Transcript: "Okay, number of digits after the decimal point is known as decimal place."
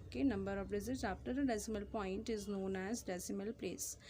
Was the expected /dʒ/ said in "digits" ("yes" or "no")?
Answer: no